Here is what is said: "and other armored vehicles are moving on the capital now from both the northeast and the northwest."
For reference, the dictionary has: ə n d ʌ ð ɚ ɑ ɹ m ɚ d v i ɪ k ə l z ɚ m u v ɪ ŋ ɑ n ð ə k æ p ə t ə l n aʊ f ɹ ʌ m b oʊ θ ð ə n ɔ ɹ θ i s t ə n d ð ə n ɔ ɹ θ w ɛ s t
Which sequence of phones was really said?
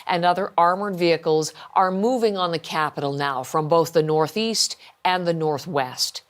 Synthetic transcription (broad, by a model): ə n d ʌ ð ɚ ɑ ɹ m ɚ d v i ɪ k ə l z ɚ m u v ɪ ŋ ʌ n ð ə k æ p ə t l n aʊ f ɹ ʌ m b oʊ θ ð ə n ɔ ɹ θ i s t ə n ð ə n ɔ ɹ θ w ɛ s t